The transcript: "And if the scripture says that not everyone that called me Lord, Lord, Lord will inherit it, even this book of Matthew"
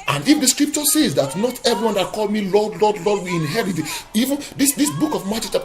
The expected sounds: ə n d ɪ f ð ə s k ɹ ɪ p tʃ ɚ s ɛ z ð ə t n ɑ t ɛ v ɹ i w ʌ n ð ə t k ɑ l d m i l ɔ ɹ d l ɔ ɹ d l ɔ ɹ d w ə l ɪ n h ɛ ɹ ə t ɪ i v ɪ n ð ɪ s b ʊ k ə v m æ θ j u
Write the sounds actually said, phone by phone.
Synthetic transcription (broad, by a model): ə n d ɪ f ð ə s k ɹ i p tʃ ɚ s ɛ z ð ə t n ɑ t ɛ v ɹ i w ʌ n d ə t k ɑ l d m i l ɔ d l ɔ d l ɔ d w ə ɪ n h ɛ ɹ ə t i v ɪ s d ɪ s b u k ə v m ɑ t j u